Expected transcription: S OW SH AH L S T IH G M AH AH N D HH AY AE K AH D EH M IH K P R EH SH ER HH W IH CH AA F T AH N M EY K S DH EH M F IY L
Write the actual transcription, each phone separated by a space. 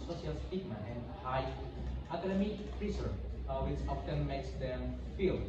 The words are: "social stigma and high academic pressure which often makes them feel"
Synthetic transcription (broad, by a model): S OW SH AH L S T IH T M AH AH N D HH AY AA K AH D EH M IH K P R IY S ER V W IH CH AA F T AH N M EY K S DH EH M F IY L